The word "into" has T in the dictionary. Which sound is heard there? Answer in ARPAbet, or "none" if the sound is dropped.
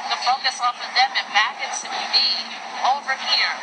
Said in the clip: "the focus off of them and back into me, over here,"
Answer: S